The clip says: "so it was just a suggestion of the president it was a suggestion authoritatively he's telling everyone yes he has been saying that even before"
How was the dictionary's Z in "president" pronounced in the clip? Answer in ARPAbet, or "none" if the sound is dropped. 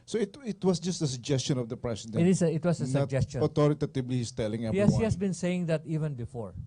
S